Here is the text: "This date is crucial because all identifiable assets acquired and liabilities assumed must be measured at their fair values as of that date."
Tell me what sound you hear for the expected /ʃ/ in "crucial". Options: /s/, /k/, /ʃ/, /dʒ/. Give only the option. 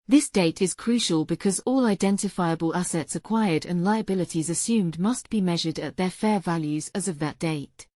/ʃ/